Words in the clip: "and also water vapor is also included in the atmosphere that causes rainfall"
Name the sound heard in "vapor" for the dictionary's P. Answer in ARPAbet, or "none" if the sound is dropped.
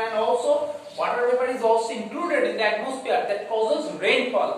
B